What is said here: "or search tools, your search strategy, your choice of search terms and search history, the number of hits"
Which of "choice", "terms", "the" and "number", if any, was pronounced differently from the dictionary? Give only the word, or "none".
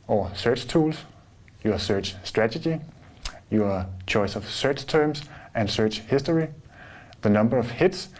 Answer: terms